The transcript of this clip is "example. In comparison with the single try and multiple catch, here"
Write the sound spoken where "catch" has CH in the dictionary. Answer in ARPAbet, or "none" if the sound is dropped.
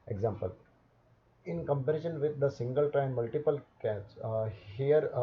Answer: S